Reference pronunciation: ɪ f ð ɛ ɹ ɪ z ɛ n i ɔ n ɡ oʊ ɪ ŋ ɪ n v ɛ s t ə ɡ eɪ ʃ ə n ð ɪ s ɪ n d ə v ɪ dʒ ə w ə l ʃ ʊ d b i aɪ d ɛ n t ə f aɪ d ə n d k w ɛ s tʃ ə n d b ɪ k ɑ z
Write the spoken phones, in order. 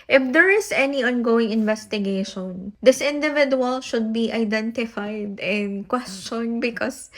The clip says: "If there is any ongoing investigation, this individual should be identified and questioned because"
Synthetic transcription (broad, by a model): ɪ f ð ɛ ɹ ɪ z ɛ n i ɔ n ɡ oʊ ɪ ŋ ɪ n v ɛ s t ə ɡ eɪ ʃ ə n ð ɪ s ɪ n d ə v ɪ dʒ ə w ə l ʃ ʊ d b i aɪ d ɛ n t ə f aɪ d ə n k w ɛ s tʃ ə n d b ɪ k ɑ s